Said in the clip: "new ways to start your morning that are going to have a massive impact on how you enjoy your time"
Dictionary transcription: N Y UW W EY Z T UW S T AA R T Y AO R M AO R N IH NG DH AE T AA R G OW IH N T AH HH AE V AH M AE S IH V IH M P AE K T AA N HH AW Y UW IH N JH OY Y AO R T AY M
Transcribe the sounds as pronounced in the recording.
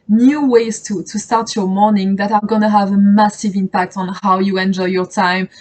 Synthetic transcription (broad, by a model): N Y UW W EY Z T UW S T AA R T Y AO R M AO R N IH NG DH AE T AA R G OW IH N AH HH AE V AH M AE S IH V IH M P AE K T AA N HH AW Y UW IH N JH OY Y AO R T AY M